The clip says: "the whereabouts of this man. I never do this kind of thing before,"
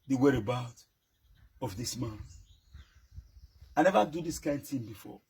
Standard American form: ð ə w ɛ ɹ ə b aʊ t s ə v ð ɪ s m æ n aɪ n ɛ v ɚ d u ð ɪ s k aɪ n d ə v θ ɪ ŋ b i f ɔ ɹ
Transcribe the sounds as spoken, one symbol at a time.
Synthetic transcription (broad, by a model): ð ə w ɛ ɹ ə b aʊ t ə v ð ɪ s m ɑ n aɪ n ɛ v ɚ d u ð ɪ s k aɪ n d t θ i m b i f ɔ